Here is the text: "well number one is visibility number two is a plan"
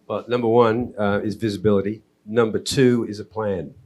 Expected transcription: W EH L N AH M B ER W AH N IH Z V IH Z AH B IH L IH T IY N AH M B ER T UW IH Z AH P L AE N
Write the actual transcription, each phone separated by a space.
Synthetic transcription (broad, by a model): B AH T N AH M B ER W AH N IH Z V IH Z AH B IH L IH T IY N AH M B ER T UW IH Z AH P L AE N